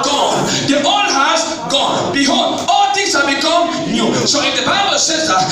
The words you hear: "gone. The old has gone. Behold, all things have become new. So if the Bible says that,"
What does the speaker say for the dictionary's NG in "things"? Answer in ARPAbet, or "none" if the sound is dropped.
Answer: none